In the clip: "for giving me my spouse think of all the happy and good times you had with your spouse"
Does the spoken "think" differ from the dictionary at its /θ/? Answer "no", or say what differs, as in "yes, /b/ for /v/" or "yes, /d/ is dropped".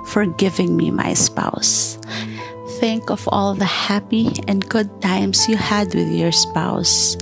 no